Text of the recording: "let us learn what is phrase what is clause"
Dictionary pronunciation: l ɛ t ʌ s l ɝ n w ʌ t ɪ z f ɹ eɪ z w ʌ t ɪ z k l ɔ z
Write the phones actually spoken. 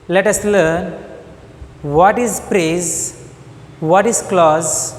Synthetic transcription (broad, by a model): l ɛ t ʌ s l ɝ n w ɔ t ɪ z p ɹ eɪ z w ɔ t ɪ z k l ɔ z